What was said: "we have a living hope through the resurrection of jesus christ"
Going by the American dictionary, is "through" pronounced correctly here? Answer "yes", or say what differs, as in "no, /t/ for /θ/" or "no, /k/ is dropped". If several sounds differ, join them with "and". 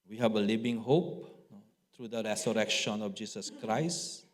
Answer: no, /t/ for /θ/